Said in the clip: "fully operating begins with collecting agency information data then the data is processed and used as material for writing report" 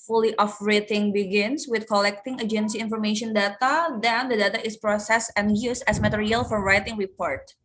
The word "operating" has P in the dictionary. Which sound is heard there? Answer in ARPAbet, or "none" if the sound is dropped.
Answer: F